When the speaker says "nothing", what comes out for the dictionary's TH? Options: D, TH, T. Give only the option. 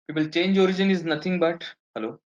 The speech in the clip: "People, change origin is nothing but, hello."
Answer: T